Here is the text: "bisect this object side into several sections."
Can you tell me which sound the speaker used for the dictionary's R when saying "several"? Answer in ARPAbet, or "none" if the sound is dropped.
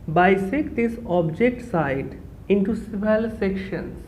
none